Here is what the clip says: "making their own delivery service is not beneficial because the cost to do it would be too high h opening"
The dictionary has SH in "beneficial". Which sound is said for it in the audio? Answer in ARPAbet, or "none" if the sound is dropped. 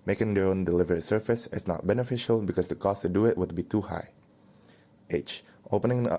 SH